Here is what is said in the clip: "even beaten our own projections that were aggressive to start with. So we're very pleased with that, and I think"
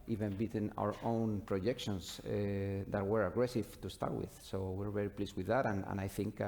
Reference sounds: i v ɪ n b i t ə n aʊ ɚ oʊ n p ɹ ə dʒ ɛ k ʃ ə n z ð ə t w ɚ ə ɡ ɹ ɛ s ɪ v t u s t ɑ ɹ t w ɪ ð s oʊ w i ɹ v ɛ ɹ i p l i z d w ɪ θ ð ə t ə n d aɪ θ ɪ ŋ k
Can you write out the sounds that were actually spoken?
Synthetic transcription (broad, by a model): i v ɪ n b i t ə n aʊ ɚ oʊ n p ɹ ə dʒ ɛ k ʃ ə n s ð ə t w ɚ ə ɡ ɹ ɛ s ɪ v t u s t ɑ ɹ t w ɪ ð s oʊ w i ɹ v ɛ ɹ i p l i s w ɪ ð ə t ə n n aɪ θ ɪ ŋ k